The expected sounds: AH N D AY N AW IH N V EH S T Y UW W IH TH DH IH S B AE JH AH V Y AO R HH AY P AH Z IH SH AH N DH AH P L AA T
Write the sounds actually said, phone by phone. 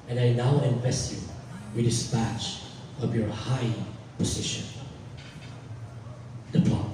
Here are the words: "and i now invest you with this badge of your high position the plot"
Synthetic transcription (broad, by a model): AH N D AY N AW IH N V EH S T Y UW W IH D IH S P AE CH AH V Y AO R HH AY P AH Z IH SH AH N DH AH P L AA